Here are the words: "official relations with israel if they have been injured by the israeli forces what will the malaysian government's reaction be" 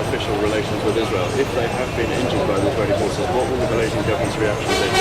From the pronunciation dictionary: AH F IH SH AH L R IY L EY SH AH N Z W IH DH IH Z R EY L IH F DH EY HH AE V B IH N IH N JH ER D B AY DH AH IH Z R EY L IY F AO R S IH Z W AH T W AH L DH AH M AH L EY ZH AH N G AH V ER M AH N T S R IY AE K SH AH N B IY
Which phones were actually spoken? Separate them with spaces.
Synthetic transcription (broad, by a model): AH F IH SH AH L R IY L EY SH AH N Z W IH DH IH Z R EY L IH F DH EY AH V B IH N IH N JH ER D B AY DH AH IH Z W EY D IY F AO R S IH W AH T W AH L DH AH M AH L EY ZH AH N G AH V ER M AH N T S R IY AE K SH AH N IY